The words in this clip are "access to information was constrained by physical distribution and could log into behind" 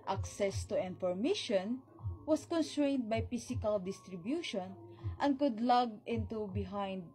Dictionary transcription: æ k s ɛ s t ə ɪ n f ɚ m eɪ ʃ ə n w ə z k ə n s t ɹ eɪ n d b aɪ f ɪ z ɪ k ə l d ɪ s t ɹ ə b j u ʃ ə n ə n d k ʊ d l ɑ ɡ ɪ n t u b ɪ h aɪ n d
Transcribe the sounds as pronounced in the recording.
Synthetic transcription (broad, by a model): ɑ k s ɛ s t ə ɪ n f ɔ m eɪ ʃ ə n w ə s k ə n s t ɹ eɪ n d b aɪ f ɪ s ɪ k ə l d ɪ s t ɹ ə b j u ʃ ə n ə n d k ʊ d l ɑ ɡ ɪ n t u b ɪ h aɪ n d